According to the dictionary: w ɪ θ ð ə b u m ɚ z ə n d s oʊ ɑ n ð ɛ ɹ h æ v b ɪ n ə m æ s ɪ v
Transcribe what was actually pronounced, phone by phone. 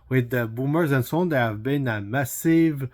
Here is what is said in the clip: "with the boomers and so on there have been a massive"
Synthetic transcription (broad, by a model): w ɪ ð ə b u m ɚ z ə n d s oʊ ɑ n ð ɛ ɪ h æ v b ɪ n ə m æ s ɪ v